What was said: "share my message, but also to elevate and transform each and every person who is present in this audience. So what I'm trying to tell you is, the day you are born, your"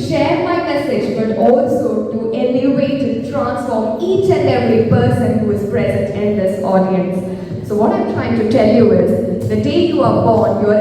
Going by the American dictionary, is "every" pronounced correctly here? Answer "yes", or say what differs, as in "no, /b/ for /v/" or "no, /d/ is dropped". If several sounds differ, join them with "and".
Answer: no, /v/ is dropped